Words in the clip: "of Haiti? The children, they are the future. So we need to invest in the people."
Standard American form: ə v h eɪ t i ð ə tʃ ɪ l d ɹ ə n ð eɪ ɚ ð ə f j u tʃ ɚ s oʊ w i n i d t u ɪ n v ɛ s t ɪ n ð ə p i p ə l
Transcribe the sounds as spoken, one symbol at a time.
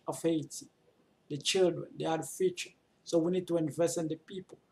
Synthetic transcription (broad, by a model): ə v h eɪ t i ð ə tʃ ɪ l d ɹ ə n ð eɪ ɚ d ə f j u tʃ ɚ s oʊ w i n i d t u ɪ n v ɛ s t ɪ n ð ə p i p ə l